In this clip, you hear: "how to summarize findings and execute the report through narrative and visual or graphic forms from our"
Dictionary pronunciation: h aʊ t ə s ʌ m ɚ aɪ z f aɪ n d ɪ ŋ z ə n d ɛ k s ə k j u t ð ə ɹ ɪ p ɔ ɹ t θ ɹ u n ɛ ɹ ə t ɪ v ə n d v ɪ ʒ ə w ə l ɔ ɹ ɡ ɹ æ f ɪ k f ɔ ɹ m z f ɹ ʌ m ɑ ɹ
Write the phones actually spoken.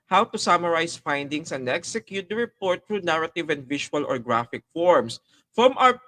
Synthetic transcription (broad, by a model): h aʊ t ə s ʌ m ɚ aɪ s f aɪ n d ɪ ŋ s ə n d ɛ k s ə k j u t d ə ɹ ɪ p ɔ ɹ t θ ɹ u n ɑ ɹ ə t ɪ v ə n d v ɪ ʃ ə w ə l ɔ ɹ ɡ ɹ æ f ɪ k f ɔ ɹ m s f ɹ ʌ m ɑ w